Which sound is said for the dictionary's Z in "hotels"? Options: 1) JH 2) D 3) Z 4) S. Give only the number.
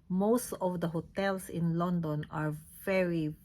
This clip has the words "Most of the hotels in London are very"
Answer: 4